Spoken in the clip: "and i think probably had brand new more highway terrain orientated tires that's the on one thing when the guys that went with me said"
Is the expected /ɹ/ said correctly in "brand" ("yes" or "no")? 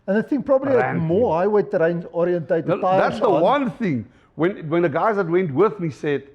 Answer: no